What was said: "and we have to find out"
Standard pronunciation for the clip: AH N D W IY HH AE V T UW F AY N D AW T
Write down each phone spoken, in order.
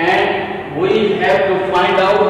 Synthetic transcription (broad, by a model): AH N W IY HH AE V T UW F AY N D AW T